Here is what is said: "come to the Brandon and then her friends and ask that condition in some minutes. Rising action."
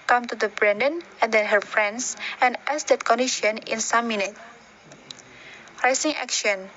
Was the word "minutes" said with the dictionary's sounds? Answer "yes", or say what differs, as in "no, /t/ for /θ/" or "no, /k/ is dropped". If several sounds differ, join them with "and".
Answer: no, /s/ is dropped